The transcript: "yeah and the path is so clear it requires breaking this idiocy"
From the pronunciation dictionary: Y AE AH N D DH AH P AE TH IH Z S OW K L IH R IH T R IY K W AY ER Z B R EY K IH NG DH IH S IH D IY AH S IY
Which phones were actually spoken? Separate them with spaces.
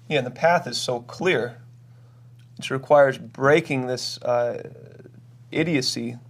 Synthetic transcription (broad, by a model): Y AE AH N DH AH P AE TH IH Z S OW K L IH R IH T R IY K W AY ER Z B R EY K IH NG DH IH S IH D IY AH S IY